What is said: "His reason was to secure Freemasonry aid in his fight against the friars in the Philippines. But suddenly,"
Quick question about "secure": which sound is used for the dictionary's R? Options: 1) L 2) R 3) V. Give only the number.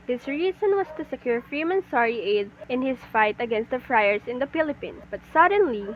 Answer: 2